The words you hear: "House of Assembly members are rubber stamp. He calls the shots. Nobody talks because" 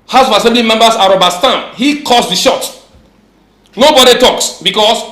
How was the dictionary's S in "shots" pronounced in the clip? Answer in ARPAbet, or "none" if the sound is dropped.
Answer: none